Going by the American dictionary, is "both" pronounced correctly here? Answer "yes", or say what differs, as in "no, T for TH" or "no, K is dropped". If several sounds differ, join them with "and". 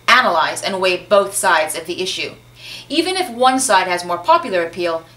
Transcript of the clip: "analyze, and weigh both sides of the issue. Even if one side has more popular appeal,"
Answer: yes